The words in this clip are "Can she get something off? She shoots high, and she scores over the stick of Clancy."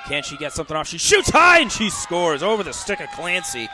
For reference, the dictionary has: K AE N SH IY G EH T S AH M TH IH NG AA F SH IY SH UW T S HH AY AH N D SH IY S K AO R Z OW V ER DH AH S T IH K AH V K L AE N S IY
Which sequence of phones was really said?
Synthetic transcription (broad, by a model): K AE N SH IY G EH T S AH M TH IH NG AA F SH IY SH UW T S HH AY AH N SH IY S K AO R Z OW V ER DH AH S T IH K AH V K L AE N S IY